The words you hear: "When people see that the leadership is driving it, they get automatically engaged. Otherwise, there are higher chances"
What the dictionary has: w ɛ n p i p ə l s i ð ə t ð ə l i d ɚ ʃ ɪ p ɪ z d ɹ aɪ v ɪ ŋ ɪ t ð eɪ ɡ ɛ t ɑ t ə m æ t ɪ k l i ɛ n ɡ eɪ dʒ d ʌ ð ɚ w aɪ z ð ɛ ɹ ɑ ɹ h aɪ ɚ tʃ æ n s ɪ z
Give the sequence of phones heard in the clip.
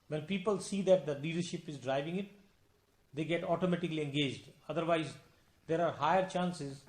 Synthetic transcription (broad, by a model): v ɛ n p i p ə l s i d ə t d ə l i d ɚ ʃ ɪ p ɪ z d ɹ aɪ v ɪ ŋ ɪ t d eɪ ɡ ɛ t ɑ t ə m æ t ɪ k l i ɛ n ɡ eɪ dʒ d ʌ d ɚ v aɪ z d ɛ ɹ ɑ ɹ h aɪ ɚ tʃ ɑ n s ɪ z